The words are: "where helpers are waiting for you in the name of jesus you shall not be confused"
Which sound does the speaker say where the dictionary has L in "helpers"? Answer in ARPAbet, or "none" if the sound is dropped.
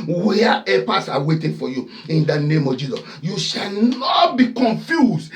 none